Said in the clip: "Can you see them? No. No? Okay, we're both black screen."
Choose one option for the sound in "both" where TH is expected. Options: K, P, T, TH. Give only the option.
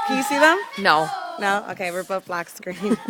T